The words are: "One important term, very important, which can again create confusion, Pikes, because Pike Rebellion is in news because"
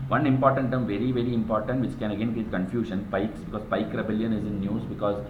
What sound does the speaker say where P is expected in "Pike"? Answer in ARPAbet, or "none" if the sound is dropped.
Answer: P